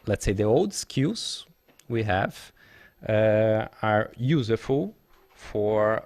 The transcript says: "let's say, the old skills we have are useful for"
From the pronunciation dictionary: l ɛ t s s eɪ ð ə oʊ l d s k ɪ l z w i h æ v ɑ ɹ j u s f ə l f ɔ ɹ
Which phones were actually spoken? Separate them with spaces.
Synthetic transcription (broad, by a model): l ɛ t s s eɪ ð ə oʊ l d s k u z w i h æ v ɑ ɹ j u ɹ f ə l f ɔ ɹ